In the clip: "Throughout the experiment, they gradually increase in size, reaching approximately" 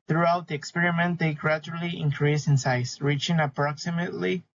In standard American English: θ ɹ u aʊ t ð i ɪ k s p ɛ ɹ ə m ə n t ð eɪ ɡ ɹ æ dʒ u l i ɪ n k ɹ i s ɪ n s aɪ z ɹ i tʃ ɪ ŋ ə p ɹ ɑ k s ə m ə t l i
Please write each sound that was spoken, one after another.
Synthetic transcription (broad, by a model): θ ɹ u aʊ t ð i ɪ k s p ɛ ɹ ə m ə n t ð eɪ ɡ ɹ æ dʒ u l i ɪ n k ɹ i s ɪ n s aɪ s ɹ i tʃ ɪ ŋ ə p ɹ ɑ k s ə m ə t l i